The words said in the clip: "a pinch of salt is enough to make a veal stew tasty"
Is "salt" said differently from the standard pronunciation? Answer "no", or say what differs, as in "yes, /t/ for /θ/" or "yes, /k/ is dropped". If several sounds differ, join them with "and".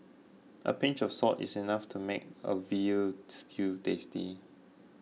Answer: yes, /l/ is dropped